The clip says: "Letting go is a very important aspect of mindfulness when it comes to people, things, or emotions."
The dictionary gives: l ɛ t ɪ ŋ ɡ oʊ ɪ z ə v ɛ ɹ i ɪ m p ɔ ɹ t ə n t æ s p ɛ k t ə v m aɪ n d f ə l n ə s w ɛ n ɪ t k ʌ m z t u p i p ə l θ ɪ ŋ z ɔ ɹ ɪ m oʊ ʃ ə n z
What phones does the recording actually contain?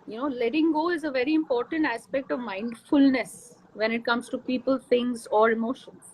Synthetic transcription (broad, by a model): l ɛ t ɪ ŋ ɡ oʊ ɪ z ə v ɛ ɹ i ɪ m p ɔ ɹ t ə n t æ s p ɛ k t ə v m aɪ n d f ə l n ə s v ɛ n ɪ t k ʌ m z t u p i p ə l t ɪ ŋ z ɔ ɹ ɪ m oʊ ʃ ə n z